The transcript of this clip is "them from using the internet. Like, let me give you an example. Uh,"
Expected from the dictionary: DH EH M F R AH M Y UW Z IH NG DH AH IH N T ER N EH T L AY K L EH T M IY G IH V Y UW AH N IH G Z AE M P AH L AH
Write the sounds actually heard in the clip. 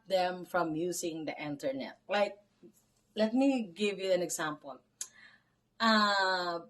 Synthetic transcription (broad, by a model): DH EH M F R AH M Y UW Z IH NG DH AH IH N T ER N EH T L AY K L EH T M IY G IH V Y UW N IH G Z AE M P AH L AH